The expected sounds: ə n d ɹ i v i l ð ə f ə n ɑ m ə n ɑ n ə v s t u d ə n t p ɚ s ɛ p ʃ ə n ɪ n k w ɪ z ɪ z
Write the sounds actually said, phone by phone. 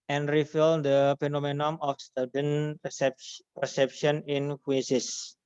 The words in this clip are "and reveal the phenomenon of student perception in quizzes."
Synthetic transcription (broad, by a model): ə n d ɹ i f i l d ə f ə n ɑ m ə n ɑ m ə f s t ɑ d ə n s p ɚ s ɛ p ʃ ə n ɪ n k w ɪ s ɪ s